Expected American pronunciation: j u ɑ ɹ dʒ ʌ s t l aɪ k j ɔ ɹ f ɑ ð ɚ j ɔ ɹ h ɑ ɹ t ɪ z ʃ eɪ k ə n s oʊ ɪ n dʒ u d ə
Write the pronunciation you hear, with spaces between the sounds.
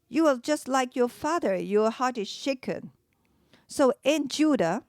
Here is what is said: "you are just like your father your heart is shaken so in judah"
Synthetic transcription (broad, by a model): j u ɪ l dʒ ʌ s t l aɪ k j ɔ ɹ f ɑ ð ɚ j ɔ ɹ h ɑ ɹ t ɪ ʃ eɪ k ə n s oʊ ɪ n dʒ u d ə